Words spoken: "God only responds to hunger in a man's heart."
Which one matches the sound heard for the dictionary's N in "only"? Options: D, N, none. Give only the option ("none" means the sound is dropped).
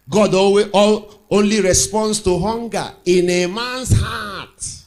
N